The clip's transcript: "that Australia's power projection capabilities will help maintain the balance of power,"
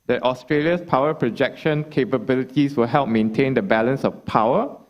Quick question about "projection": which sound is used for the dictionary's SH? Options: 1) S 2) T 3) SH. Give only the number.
3